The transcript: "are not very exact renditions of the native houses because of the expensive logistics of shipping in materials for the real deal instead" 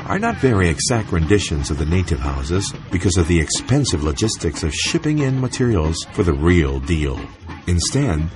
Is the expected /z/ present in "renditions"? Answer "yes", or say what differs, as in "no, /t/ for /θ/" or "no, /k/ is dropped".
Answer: yes